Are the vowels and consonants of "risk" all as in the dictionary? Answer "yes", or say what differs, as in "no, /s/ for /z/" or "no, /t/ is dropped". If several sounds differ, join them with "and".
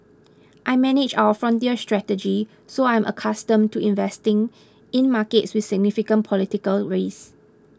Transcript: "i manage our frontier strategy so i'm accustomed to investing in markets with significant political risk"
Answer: no, /k/ is dropped